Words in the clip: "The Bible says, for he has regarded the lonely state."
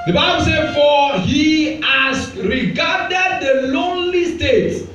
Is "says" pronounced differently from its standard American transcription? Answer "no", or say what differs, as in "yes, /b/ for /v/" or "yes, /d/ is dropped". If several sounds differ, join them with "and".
yes, /z/ is dropped